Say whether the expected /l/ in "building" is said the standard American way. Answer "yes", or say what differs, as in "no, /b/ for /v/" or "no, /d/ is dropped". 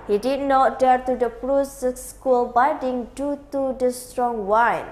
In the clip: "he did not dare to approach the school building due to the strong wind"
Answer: no, /l/ is dropped